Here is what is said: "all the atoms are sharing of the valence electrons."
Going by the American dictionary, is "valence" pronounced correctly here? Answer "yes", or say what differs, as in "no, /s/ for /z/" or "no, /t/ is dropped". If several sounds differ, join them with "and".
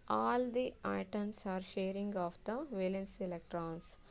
yes